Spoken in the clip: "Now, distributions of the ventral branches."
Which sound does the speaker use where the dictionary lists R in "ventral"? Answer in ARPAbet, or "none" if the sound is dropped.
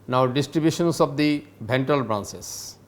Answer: none